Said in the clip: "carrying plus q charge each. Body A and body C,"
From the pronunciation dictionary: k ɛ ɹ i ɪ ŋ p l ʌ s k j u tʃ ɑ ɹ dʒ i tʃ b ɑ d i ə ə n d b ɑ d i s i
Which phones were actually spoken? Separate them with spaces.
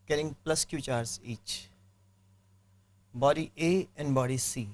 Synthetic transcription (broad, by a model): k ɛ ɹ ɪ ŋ p l ʌ s k j u tʃ ɑ ɹ z i tʃ b ɑ d i ə ə n d b ɑ d i s i